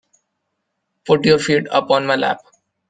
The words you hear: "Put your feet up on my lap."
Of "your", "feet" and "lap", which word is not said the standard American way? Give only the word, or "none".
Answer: none